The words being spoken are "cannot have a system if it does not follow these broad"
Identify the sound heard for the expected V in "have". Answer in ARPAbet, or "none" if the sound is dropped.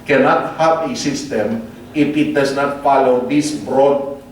P